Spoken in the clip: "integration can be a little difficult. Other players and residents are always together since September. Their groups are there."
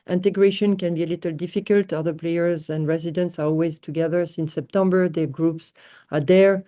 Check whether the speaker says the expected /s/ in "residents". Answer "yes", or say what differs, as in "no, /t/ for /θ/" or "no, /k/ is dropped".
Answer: yes